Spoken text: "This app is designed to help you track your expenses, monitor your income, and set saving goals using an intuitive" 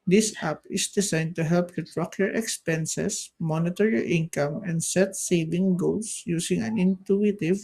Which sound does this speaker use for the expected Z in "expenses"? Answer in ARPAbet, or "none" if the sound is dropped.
S